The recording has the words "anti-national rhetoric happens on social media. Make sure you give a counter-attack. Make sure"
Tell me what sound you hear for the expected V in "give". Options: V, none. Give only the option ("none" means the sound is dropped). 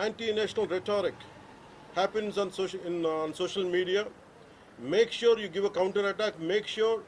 V